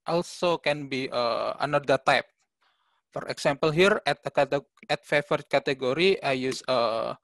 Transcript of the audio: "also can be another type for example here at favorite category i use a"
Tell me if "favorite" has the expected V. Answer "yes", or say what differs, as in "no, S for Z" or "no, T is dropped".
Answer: no, F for V